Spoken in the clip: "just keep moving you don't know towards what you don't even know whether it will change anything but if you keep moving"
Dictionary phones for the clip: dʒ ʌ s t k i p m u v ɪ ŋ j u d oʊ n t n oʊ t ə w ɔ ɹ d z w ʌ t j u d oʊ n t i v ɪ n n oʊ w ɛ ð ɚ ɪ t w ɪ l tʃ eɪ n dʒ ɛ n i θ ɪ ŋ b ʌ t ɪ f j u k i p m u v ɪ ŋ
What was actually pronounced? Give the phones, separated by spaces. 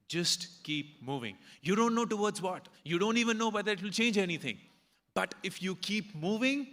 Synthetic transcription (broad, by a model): dʒ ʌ s t k i p m u v ɪ ŋ j u d oʊ n t n oʊ t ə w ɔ ɹ d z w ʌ t j u d oʊ n t i v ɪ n n oʊ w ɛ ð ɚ ɪ t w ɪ l tʃ eɪ n dʒ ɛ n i t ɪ ŋ b ʌ t ɪ f j u k i p m u v ɪ ŋ